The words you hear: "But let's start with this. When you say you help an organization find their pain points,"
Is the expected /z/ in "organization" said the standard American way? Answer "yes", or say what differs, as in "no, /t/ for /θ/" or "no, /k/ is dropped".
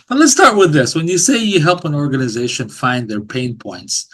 yes